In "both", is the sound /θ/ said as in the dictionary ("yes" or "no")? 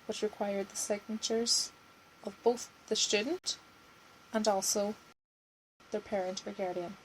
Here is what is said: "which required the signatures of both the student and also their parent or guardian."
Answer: yes